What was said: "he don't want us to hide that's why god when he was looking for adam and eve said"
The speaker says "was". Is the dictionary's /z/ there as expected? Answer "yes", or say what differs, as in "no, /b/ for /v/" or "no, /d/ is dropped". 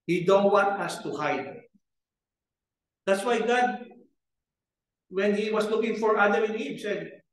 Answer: no, /s/ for /z/